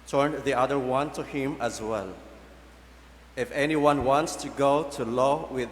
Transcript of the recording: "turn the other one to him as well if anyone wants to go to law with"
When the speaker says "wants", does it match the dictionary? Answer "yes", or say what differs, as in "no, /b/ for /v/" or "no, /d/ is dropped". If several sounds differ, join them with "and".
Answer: yes